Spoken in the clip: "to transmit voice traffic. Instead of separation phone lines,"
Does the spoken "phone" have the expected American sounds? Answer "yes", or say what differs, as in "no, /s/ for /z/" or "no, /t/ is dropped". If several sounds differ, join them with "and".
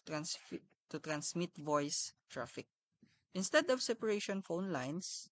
yes